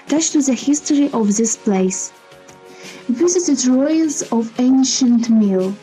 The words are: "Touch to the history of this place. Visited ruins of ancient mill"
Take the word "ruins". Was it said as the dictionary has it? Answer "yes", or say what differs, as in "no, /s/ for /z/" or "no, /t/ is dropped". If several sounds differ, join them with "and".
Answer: no, /l/ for /n/